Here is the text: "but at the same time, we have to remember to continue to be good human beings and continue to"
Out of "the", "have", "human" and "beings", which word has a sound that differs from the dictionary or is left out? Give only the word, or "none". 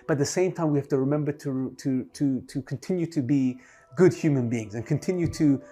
have